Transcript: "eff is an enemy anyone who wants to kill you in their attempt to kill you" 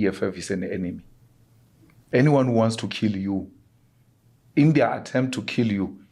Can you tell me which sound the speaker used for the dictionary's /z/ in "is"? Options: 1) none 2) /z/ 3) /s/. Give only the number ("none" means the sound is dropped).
3